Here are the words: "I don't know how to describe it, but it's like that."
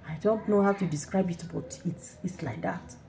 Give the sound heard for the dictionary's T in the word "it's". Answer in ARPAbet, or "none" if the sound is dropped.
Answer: T